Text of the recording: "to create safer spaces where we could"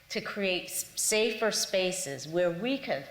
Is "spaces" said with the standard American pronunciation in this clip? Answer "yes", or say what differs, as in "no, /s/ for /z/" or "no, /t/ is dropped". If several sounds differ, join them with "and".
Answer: yes